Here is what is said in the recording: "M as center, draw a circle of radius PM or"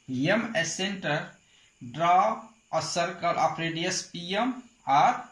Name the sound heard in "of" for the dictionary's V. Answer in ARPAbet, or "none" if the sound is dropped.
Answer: P